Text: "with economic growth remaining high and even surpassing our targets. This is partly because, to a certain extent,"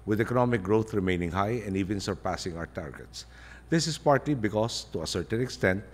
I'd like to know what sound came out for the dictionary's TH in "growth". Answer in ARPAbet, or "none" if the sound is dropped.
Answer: T